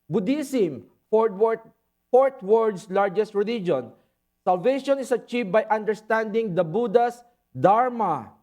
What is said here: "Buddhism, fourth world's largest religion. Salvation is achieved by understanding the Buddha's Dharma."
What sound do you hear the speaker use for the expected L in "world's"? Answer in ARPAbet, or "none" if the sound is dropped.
none